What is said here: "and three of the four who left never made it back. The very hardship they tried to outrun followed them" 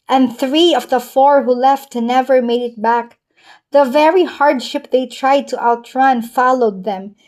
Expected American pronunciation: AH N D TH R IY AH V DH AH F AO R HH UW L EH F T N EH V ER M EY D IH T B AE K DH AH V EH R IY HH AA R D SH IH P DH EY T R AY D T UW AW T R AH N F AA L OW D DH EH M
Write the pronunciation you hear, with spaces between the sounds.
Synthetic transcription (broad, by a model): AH N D TH R IY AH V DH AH F AO R HH UW L EH F T N EH V ER M EY D IH T B AE K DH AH V EH R IY HH AA R D SH IH P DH EY T R AY D T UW AW T R AH N F AA L OW D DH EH M